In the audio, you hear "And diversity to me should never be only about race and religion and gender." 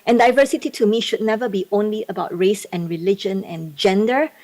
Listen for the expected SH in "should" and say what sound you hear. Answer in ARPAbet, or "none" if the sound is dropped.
SH